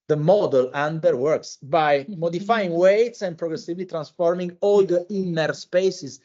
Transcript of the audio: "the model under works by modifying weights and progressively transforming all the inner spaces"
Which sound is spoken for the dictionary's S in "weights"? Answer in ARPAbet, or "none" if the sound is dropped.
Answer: S